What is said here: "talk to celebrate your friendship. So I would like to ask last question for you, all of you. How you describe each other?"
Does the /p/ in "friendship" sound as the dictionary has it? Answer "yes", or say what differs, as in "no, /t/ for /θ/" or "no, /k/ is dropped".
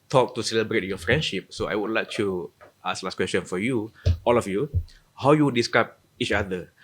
yes